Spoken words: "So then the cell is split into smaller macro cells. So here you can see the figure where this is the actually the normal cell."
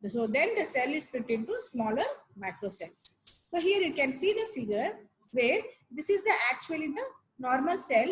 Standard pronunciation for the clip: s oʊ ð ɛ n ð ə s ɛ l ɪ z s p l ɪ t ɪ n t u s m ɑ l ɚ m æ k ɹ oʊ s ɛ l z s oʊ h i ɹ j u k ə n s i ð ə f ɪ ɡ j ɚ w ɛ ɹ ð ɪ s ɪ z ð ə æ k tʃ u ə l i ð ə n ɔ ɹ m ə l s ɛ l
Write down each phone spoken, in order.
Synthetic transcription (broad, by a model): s oʊ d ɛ n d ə s ɛ l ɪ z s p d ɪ t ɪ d t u s m ɑ l ɚ m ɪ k ɹ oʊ s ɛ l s s oʊ h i ɹ j u k ə n s i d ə f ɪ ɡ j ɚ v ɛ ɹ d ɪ s ɪ z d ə æ k tʃ u ə l i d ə n ɔ ɹ m ə l s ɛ l